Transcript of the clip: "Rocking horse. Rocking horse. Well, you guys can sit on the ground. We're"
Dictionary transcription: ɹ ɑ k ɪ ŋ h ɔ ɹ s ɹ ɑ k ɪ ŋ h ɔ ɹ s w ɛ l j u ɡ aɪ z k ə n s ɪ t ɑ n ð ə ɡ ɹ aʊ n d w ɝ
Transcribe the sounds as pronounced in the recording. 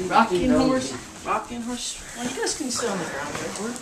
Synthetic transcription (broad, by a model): ɹ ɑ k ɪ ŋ h ɔ ɹ s ɹ ɑ k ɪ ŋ h ɔ ɹ s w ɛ n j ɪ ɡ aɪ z k ə n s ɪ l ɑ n ð ə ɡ ɹ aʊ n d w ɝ